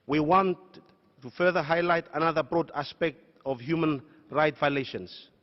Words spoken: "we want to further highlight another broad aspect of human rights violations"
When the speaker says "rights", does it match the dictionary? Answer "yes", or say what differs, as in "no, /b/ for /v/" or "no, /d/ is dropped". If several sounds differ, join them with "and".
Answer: no, /s/ is dropped